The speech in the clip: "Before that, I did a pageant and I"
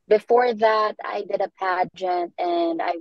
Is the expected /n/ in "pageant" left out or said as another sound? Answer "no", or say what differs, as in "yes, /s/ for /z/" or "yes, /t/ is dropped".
no